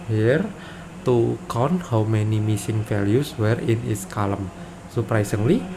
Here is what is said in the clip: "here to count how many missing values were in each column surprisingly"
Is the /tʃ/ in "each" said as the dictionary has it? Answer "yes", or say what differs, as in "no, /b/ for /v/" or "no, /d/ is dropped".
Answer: no, /s/ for /tʃ/